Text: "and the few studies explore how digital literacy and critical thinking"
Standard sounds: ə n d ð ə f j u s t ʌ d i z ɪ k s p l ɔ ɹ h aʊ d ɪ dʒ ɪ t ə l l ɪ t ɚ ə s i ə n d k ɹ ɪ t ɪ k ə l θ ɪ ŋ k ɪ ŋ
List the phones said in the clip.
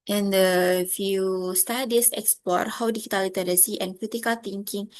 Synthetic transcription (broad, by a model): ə n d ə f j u s t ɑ d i s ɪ k s p ɔ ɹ h aʊ d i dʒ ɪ t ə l l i t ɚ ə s i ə n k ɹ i t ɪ k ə l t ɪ ŋ k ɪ ŋ